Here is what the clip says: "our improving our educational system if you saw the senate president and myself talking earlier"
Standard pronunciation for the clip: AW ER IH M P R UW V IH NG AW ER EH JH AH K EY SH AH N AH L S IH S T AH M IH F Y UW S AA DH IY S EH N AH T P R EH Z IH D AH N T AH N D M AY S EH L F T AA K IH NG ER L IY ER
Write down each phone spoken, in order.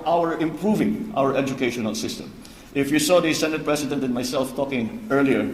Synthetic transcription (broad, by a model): AW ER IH M P R UW V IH NG AW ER EH JH AH K EY SH AH N AH L S IH S T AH M IH F Y UW S AA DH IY S EH N AH T P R EH S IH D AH N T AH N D M AY S EH L F T AA K IH NG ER L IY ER